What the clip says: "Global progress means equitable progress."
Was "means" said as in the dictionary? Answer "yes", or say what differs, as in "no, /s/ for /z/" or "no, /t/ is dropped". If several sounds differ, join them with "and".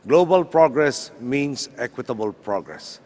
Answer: no, /s/ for /z/